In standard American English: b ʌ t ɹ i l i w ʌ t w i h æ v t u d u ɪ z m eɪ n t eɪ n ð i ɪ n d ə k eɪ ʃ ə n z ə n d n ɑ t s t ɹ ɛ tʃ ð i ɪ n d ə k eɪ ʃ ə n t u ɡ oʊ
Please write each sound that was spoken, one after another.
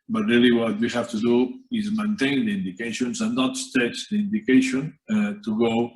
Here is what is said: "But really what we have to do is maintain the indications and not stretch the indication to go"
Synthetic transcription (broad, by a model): b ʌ t ɹ i l i w ʌ t w i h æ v t u d u ɪ z m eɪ n t eɪ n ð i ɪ n d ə k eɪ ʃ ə n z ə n n ɑ t s t ɛ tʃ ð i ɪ n d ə k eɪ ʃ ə n t u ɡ oʊ